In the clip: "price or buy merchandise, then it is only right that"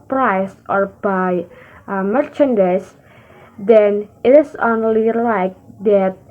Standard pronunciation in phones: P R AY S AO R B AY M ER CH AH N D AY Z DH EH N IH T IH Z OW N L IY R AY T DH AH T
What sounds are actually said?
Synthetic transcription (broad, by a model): P R AY S AO R B AY M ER CH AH N D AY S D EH N IH T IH S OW N L IY L AY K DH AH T